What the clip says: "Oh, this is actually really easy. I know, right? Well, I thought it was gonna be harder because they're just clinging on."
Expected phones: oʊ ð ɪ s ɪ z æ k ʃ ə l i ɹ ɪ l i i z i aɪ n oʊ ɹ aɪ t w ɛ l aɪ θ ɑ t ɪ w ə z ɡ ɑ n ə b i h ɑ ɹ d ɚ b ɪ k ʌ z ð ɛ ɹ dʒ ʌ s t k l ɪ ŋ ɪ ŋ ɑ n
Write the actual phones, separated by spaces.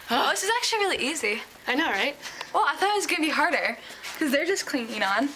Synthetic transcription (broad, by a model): oʊ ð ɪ s ɪ z æ k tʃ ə l i ɹ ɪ l i i z i aɪ n oʊ ɹ aɪ t w ɛ l aɪ θ ɑ t ɪ w ə z ɡ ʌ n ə b i h ɑ ɹ d ɚ k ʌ z ð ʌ ɹ dʒ ʌ s k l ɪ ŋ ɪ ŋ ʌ n